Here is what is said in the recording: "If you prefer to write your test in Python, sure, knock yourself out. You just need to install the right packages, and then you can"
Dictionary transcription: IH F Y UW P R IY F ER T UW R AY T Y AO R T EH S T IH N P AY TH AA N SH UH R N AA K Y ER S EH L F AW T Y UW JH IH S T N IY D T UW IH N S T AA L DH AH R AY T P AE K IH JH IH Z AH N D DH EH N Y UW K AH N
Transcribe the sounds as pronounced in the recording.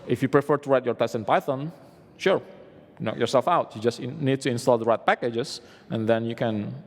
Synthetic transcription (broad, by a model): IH F Y UW P R IY F ER T UW R AY T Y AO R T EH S IH N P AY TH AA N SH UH R N AA K Y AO S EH L F AW T Y UW JH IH S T N IY D T UW IH N S T AA L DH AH R AY T P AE K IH JH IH S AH N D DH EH N Y UW K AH N